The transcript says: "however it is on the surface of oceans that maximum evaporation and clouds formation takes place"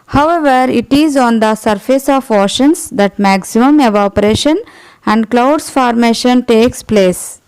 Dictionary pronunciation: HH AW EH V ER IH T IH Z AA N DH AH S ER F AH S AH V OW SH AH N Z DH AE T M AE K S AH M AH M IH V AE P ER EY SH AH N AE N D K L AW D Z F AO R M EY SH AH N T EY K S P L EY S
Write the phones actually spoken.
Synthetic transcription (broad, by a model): HH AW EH V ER IH T IH Z AA N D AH S ER F AH S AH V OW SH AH N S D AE T M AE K S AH M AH M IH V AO P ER EY SH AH N AE N D K L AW D S F AO R M EY SH AH N T EY K S P L EY S